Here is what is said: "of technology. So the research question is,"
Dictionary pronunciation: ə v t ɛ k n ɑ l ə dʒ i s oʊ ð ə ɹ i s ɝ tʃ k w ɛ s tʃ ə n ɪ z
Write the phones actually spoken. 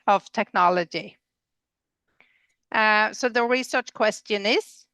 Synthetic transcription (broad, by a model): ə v t ɛ k n ɑ l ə dʒ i s oʊ ð ə ɹ i s ɝ tʃ k w ɛ s tʃ ə n ɪ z